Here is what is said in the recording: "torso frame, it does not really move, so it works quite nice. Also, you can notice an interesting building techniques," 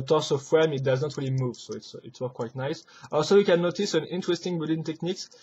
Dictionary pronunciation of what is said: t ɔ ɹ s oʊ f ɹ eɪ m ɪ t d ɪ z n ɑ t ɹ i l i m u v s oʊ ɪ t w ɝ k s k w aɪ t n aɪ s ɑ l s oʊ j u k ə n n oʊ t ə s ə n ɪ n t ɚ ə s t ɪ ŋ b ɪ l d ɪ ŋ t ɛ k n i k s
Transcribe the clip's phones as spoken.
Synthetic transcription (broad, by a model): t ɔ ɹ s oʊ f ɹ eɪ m ɪ t d ɪ z n ɑ t ɹ i l i m u v s oʊ ɪ t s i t s k w aɪ t n aɪ s ɑ l s oʊ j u k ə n n oʊ t ə s ə n ɪ n t ɚ ə s t ɪ ŋ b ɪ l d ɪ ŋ t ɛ k n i k s